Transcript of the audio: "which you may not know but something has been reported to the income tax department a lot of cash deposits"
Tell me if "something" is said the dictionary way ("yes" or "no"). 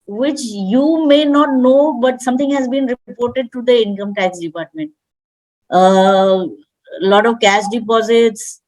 no